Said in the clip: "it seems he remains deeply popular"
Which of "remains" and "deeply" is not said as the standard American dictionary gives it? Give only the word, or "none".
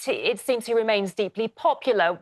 none